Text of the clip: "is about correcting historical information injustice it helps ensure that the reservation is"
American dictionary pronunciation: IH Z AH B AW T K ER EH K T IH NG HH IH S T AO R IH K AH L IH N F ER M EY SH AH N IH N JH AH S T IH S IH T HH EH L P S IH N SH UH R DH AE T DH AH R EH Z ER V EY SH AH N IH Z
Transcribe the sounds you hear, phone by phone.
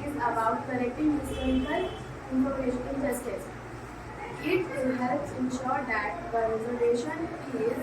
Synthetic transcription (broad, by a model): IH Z AH B AW T K ER EH K T IH NG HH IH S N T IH AH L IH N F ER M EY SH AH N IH L JH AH S T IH S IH T HH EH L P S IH N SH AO R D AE T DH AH R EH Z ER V EY SH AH N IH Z